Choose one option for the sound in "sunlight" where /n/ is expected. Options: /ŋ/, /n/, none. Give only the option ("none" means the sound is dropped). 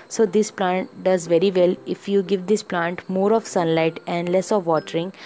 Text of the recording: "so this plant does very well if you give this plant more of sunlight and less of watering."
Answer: /n/